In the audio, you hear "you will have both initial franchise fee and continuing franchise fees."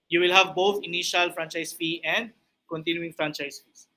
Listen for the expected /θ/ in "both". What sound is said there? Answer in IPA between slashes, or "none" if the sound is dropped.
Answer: /t/